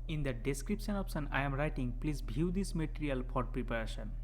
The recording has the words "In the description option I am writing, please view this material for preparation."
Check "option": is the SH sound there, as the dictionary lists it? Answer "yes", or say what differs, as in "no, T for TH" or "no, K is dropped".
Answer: no, S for SH